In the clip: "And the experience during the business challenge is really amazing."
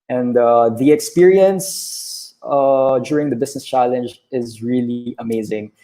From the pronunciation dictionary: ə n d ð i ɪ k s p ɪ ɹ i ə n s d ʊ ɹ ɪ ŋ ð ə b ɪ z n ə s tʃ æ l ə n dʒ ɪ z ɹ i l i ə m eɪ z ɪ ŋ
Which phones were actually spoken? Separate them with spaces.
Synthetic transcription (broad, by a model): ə n d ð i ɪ k s p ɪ ɹ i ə n s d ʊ ɹ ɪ ŋ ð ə b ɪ s n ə s tʃ æ l ə n dʒ ɪ z ɹ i l i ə m eɪ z ɪ ŋ